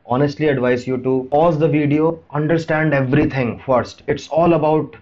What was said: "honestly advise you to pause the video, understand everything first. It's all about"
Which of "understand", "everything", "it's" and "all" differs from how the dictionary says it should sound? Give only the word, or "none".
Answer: everything